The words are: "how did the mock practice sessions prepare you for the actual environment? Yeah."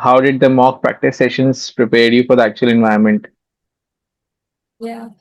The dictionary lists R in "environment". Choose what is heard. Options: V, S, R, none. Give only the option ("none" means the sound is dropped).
none